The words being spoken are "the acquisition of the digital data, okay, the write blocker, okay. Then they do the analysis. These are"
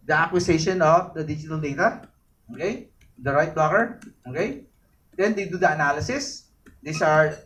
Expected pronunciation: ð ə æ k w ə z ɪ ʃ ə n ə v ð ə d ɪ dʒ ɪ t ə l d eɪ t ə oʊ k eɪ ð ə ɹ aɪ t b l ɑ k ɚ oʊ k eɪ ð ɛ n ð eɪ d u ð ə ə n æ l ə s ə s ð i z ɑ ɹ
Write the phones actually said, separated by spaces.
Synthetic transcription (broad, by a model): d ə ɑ k w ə s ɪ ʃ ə n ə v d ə d ɪ dʒ ɪ t ə l d eɪ t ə oʊ k eɪ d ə ɹ aɪ t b ɑ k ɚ oʊ k eɪ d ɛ n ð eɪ d u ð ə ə n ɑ l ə s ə s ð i s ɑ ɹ